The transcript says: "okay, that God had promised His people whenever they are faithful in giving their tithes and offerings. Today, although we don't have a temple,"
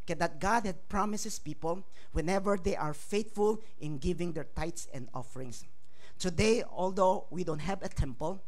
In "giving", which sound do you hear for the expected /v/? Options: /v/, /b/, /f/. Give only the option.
/v/